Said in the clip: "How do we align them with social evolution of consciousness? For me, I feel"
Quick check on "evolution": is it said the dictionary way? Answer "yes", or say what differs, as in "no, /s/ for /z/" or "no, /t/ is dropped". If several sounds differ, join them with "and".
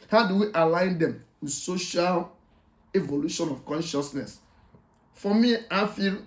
yes